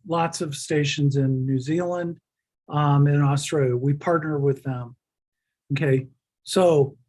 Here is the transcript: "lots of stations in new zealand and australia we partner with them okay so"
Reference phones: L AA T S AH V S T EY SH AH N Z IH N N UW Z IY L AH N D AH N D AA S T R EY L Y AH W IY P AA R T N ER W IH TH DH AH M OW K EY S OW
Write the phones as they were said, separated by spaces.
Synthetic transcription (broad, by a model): L AA T S AH V S T EY SH AH N Z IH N N UW Z IY L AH N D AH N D AA S T R EY L Y AH W IY P AA R T N ER W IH DH AH M OW K EY S OW